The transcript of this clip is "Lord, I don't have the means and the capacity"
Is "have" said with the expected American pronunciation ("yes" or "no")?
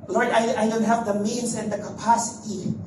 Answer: no